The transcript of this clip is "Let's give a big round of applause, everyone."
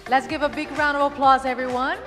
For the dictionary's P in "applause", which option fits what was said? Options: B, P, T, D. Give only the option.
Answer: P